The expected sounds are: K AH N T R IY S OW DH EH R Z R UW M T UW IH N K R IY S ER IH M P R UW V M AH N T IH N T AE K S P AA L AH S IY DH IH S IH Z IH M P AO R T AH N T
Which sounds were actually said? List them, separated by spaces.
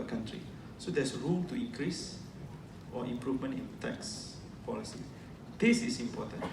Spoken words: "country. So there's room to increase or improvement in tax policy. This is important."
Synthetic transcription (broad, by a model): K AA N T R IY S OW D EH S R UW M T UW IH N K R IY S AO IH M P R UW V M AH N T IH N T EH K S P AA L AH S IY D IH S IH S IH M P AO T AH N